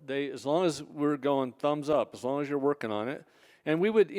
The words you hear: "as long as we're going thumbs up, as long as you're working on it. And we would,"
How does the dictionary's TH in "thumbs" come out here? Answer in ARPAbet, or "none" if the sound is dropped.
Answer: TH